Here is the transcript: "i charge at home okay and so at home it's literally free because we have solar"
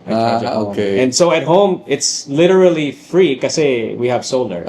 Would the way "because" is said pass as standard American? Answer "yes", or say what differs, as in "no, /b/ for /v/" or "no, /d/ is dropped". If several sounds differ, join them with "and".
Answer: no, /z/ is dropped